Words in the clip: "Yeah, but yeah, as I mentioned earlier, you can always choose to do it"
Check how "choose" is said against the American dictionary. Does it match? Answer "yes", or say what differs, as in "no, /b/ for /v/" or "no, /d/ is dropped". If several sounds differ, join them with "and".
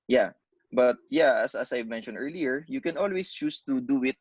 no, /s/ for /z/